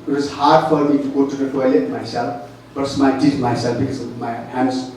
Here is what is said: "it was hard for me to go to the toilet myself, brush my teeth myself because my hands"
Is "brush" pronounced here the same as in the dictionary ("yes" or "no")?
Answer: no